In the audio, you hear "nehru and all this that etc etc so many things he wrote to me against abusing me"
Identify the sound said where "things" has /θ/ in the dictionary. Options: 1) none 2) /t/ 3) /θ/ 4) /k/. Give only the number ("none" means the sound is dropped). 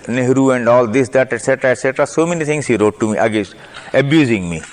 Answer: 2